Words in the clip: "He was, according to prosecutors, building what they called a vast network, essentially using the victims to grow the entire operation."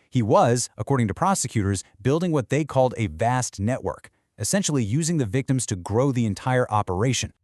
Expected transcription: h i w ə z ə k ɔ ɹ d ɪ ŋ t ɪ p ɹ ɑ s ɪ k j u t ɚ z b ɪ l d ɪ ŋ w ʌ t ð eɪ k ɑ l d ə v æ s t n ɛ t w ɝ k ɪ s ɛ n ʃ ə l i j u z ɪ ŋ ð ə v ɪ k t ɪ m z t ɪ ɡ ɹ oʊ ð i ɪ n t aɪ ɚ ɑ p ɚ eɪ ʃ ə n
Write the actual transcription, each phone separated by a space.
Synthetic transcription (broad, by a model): h i w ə z ə k ɔ ɹ d ɪ ŋ t ɪ p ɹ ɑ s ɪ k j u t ɚ z b ɪ l d ɪ ŋ w ʌ t ð eɪ k ɑ l d ə v æ s t n ɛ t w ɝ k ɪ s ɛ n ʃ l i j u z ɪ ŋ ð ə v ɪ k t ɪ m z t ɪ ɡ ɹ oʊ ð i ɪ n t aɪ ɚ ɑ p ɚ eɪ ʃ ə n